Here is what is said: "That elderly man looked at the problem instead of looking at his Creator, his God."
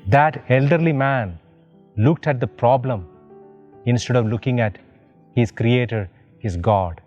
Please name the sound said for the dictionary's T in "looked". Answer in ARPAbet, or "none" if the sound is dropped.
T